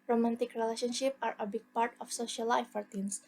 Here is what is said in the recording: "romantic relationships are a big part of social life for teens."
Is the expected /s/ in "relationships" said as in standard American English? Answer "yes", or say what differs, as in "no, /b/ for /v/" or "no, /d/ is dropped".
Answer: no, /s/ is dropped